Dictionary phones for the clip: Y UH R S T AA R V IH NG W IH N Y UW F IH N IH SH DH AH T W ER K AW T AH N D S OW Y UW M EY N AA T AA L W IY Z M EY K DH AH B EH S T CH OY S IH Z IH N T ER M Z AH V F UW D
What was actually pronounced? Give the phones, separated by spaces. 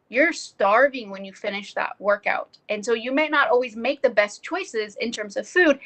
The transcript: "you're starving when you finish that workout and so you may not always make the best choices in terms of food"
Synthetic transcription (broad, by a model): Y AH R S T AA R V IH NG W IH N Y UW F IH N IH SH DH AH T W ER K AW T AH N S OW Y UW M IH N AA T AA L W IY Z M EY K DH AH B EH S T CH OY S IH Z IH N T ER M Z AH V F UW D